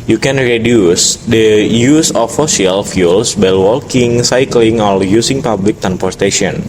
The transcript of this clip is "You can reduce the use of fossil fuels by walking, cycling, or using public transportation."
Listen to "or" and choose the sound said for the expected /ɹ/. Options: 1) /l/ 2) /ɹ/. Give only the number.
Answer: 1